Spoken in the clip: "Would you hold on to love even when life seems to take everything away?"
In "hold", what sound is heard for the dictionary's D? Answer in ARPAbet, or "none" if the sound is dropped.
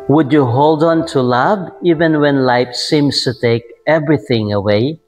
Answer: D